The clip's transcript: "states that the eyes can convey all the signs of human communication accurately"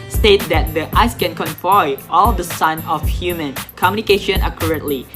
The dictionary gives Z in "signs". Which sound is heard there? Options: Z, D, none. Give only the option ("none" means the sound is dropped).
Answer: none